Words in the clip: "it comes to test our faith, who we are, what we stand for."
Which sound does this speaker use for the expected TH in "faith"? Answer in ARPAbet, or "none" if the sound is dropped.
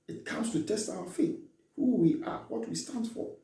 T